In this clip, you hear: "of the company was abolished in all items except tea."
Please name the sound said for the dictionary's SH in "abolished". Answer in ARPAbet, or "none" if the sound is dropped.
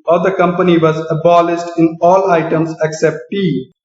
S